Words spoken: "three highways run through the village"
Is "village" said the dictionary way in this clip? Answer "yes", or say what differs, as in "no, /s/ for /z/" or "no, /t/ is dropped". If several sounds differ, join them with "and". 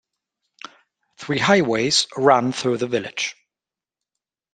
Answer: yes